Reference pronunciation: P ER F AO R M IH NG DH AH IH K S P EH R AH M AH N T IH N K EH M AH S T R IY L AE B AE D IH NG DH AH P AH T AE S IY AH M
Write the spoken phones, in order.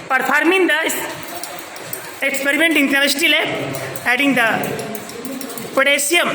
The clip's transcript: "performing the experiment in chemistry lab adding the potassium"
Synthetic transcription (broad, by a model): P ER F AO R M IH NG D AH IH K S P EH R AH M AH N T IH N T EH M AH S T IY L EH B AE D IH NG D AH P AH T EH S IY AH M